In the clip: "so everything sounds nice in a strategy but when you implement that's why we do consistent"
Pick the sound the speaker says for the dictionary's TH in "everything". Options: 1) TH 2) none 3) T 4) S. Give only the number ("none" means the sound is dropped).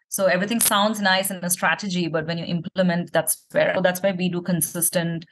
3